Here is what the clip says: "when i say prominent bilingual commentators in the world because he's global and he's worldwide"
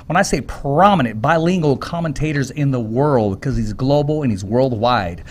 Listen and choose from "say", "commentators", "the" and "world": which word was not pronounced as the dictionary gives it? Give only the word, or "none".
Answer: none